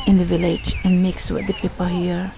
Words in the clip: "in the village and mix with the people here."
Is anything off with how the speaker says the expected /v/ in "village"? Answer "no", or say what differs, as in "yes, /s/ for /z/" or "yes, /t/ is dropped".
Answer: no